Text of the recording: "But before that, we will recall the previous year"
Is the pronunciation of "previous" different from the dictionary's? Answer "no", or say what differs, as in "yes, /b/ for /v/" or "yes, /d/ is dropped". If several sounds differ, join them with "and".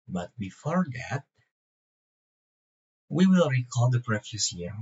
yes, /f/ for /v/